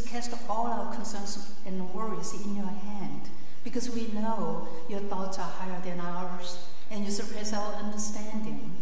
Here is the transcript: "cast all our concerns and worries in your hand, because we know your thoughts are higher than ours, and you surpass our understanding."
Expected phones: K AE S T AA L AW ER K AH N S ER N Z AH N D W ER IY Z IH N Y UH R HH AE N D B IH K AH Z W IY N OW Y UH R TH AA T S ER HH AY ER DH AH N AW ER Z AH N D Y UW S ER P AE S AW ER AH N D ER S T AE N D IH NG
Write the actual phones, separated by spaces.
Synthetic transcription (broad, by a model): K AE S T AA L AW ER K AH N S ER N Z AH N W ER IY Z IH N Y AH R HH AE N D B IH K AH Z W IY N OW Y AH R TH AA T S ER HH AY ER DH AH N AW ER Z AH N Y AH S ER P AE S AW ER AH N D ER S T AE N D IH NG